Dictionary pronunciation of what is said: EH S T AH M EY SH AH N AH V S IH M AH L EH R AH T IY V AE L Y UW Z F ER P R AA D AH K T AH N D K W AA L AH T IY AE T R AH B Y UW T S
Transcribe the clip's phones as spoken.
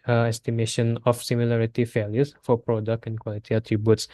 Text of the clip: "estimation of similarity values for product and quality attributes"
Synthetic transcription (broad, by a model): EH S T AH M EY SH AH N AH F S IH M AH L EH R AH T IY F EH L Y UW S F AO P R AA D AH K T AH N K W AA L AH T IY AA T R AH B Y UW T S